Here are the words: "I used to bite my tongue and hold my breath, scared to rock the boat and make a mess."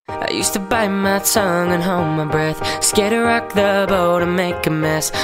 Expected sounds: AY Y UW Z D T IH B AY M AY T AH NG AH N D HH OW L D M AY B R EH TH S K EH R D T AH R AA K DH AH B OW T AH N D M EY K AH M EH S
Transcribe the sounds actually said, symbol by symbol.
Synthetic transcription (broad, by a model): AY Y UW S T IH B AY M AY T AH NG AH N HH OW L M AY B R EH TH S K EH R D T AH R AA K DH AH B OW T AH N M EY K AH M EH S